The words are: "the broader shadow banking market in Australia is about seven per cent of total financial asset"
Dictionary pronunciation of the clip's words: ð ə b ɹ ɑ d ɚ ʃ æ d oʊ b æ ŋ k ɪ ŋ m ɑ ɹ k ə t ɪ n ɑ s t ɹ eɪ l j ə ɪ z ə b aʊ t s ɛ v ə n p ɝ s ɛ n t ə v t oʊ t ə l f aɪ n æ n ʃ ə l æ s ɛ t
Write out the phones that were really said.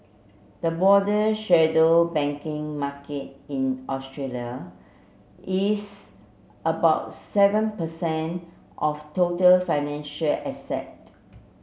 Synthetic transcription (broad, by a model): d ə b ɑ d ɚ ʃ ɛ d oʊ b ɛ ŋ k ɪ ŋ m ɑ k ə t ɪ n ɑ s t ɹ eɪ l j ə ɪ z ə b aʊ t s ɛ v ə n p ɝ s ɛ n t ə f t oʊ t ə l f aɪ n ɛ n ʃ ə l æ s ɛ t